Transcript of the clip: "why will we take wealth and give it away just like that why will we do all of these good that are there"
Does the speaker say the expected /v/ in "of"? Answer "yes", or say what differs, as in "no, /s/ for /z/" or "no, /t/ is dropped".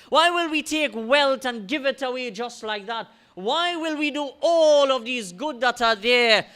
yes